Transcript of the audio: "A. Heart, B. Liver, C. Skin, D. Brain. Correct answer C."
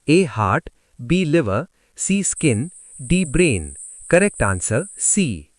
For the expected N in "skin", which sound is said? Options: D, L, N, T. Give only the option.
N